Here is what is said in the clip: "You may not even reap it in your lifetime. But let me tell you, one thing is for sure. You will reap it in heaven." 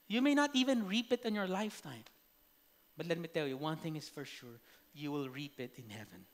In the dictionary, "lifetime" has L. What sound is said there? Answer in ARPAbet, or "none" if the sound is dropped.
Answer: L